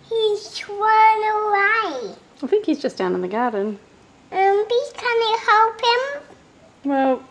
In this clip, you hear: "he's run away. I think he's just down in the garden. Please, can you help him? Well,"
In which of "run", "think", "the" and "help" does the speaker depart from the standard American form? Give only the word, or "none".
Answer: run